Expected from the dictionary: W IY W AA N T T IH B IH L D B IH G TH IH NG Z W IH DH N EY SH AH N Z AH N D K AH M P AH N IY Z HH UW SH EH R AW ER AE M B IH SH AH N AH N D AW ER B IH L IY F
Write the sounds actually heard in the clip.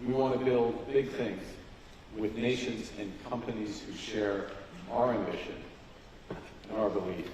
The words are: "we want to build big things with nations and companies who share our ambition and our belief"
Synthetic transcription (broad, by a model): W IY W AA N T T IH B IH L D B IH G TH IH NG Z W IH DH N EY SH AH N Z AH N K AH M P AH N IY Z HH UW SH EH R AW ER AE M B IH SH AH N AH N AW ER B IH L IY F